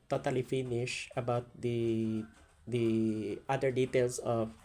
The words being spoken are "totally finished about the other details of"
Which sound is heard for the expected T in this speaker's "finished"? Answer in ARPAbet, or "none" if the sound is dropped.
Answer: none